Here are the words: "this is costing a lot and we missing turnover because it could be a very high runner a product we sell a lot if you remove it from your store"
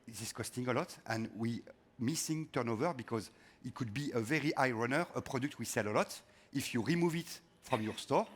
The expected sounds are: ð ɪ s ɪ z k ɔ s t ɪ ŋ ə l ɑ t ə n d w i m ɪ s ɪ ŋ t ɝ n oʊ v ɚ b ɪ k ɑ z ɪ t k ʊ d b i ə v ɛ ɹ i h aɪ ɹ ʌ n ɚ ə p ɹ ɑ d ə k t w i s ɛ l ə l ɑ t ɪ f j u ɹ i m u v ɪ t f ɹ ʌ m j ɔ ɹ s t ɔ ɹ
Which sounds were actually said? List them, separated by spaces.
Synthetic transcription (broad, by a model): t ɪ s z k ɔ s t ɪ ŋ ə l ɑ t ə n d w i m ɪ s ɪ ŋ t ɝ n oʊ v ɚ b ɪ k ɑ z ɪ t k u d b i ə v ɛ ɹ i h aɪ ɹ ʌ n ɚ ə p ɹ ɑ d ə k t w i s ɛ l ə l ɑ t ɪ f j u ɹ i m u v ɪ t f ɹ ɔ m j ɔ ɹ s t ɔ ɹ